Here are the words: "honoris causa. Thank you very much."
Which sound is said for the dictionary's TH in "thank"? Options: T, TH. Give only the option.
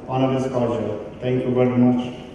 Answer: T